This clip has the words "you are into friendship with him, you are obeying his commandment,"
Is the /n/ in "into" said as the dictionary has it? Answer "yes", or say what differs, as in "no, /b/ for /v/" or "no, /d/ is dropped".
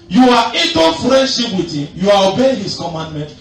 no, /n/ is dropped